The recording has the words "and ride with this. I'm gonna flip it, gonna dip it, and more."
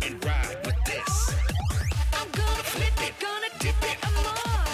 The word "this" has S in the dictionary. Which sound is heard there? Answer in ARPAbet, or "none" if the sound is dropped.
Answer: S